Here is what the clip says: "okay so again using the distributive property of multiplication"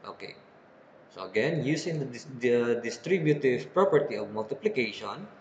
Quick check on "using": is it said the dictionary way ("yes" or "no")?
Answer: no